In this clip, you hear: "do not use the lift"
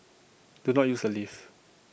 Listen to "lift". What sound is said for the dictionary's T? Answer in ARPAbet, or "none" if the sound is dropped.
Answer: none